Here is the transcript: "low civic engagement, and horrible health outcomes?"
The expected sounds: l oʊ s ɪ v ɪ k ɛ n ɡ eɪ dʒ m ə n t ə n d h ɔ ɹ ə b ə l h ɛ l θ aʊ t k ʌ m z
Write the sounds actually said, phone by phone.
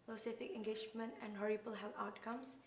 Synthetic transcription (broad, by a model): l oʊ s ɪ f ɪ k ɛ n ɡ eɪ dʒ m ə n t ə n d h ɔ ɹ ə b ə l h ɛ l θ aʊ t k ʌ m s